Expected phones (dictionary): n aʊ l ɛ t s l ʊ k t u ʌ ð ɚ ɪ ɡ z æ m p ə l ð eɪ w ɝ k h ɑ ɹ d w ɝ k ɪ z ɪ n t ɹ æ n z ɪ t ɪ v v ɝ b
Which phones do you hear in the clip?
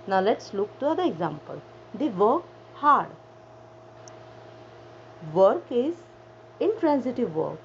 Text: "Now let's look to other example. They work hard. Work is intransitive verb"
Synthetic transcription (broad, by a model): n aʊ l ɛ t s l ʊ k t u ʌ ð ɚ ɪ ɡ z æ m p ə l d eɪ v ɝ k h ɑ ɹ d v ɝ k ɪ z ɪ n t ɹ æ n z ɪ t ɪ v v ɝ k